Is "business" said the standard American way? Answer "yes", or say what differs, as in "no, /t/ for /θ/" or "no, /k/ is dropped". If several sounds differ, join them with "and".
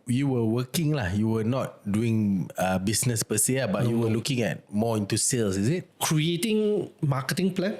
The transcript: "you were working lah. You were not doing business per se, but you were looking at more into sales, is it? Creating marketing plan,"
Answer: no, /s/ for /z/